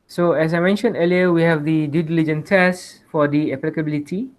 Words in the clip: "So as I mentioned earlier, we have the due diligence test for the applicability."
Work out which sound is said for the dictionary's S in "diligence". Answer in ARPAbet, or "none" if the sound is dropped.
none